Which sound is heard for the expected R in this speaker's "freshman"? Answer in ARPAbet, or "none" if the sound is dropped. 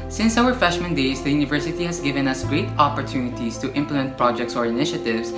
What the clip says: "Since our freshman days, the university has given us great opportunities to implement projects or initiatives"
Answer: none